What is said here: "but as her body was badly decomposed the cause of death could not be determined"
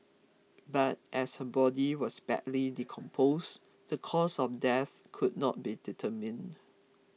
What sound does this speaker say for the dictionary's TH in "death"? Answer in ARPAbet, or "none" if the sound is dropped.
TH